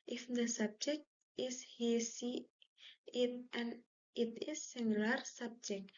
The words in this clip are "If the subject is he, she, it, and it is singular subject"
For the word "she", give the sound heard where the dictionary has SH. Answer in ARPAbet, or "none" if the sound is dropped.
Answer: S